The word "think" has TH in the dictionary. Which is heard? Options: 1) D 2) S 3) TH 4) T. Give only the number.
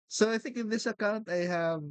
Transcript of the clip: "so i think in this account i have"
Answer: 3